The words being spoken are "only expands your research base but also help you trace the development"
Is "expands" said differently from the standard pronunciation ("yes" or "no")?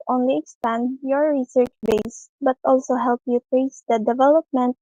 yes